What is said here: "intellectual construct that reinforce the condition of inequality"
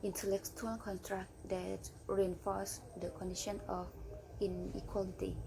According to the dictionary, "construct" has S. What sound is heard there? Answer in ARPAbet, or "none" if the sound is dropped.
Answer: none